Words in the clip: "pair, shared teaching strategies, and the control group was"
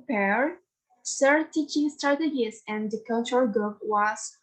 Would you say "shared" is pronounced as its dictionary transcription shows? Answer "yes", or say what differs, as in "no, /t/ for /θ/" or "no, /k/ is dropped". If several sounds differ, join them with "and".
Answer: no, /s/ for /ʃ/